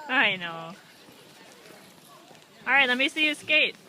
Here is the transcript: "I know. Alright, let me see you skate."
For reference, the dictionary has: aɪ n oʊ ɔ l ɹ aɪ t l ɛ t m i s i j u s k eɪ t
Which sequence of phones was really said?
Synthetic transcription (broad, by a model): aɪ n oʊ ɔ l ɹ aɪ t l ɛ t m i s i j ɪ s k eɪ t